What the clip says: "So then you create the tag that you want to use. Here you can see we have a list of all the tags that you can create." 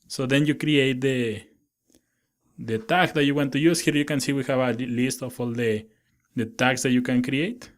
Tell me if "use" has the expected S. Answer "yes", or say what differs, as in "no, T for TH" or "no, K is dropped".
yes